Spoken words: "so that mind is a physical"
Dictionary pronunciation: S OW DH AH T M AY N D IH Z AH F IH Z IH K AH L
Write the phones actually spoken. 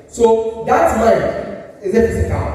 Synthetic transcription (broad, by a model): S OW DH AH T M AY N IH Z AH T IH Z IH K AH